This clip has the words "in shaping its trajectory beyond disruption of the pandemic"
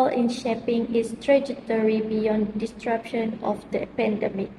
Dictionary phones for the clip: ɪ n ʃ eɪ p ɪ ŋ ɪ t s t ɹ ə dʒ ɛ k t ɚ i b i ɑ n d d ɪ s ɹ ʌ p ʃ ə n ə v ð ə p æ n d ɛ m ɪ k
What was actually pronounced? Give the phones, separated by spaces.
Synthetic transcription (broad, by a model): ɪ n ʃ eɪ p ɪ ŋ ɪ s t ɹ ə dʒ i t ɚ i b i ɑ n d d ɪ s ɹ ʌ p ʃ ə n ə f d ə p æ n d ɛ m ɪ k